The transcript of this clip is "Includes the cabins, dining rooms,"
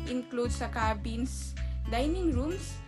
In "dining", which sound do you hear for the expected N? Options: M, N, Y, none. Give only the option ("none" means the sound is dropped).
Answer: N